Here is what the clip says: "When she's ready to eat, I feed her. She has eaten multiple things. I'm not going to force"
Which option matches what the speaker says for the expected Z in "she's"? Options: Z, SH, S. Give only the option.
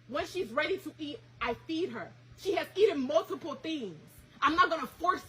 Z